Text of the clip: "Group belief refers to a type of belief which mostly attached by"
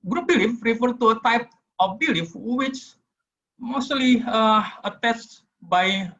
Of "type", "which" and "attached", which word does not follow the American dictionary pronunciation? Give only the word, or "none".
attached